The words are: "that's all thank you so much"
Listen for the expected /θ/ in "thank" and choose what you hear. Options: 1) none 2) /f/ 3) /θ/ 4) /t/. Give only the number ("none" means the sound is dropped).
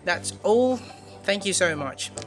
3